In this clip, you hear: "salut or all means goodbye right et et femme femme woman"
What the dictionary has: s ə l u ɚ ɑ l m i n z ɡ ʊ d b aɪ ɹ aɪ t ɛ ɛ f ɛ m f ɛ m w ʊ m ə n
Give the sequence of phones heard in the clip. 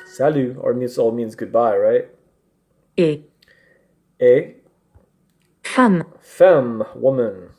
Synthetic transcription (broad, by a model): s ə l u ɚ ɑ l m i n z ɡ ʊ d b aɪ ɹ aɪ t ɛ ɛ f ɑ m f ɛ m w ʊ m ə n